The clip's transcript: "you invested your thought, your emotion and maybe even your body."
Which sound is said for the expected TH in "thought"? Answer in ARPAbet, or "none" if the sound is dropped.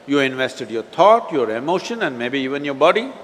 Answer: T